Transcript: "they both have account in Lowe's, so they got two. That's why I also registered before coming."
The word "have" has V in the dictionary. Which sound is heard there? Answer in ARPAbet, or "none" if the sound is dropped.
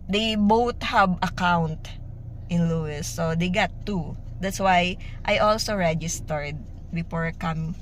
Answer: B